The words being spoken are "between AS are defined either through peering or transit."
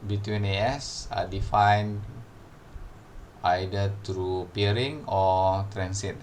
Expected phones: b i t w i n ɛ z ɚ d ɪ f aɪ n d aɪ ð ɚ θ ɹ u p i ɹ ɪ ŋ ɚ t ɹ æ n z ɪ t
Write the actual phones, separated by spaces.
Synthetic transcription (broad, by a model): b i t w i n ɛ s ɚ d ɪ f aɪ n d aɪ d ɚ t ɹ u p i ɹ ɪ ŋ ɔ t ɹ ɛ n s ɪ t